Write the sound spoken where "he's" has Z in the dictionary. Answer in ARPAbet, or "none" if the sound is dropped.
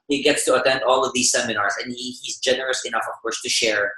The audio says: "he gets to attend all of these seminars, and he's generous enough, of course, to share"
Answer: Z